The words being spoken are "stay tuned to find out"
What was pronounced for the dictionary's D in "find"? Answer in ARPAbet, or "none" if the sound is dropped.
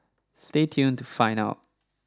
none